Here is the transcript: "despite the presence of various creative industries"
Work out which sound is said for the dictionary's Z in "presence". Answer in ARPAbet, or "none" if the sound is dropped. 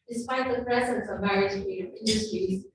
Z